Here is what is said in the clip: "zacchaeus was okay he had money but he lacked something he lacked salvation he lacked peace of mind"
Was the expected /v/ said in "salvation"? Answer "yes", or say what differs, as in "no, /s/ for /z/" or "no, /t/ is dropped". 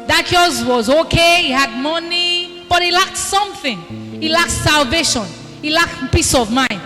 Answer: yes